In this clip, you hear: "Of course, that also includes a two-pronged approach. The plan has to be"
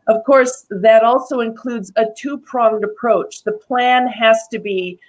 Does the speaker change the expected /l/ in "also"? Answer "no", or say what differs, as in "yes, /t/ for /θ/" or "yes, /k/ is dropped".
no